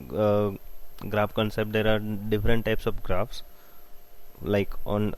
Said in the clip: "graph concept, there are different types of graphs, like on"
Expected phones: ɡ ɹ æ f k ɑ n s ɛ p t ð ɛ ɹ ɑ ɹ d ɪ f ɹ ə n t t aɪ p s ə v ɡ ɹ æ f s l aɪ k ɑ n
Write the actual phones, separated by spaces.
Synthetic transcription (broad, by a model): ɡ ɹ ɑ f k ɑ n s ɛ p t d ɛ ɹ ɑ ɹ d ɪ f ɹ ə n t t aɪ p s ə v ɡ ɹ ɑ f s l aɪ k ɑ n